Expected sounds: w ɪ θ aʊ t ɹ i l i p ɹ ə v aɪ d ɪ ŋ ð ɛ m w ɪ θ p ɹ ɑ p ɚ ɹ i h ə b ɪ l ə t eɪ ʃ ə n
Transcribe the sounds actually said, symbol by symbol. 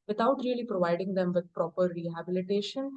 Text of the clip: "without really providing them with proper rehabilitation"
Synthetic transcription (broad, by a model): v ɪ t aʊ t ɹ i l i p ɹ ə v aɪ d ɪ ŋ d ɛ m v ɪ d p ɹ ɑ p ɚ ɹ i h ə b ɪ l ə t eɪ ʃ ə n